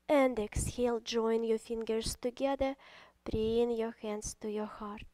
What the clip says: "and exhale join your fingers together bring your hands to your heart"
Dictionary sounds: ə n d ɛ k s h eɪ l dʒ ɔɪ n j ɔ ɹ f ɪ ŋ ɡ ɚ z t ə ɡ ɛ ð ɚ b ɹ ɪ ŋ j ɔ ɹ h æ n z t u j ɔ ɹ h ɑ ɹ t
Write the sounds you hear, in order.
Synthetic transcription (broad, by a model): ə n d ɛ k s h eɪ l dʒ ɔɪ n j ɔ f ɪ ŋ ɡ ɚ s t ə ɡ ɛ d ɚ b ɹ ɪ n j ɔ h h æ n s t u j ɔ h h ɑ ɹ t